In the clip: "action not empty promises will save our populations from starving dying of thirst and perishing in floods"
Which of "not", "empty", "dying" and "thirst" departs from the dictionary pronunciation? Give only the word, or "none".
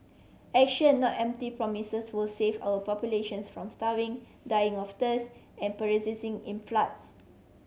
thirst